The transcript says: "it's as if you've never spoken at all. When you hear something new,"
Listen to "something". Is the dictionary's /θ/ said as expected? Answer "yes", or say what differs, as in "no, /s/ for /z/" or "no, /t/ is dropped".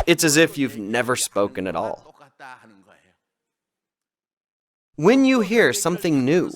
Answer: yes